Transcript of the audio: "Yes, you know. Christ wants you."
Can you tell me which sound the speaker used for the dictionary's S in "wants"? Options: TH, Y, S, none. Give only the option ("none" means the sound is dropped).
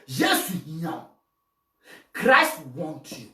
none